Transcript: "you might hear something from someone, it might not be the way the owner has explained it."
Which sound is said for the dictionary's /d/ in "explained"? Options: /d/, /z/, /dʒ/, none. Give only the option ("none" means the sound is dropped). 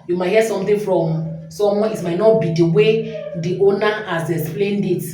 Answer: /d/